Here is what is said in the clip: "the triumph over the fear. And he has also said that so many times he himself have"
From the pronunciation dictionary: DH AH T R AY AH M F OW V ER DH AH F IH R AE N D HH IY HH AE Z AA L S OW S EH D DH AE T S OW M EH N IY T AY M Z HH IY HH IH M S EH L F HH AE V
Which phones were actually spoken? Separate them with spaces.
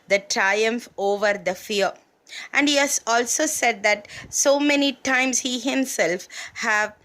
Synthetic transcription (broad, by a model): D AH T R AY AH M F OW V ER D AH F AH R AE N D HH IY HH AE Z AA L S OW S EH D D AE T S OW M EH N IY T AY M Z HH IY HH IH M S EH L F HH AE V